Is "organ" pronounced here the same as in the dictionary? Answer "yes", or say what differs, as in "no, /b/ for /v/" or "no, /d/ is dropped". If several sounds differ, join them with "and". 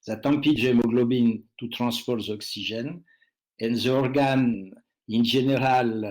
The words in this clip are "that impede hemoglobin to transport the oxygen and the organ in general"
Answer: yes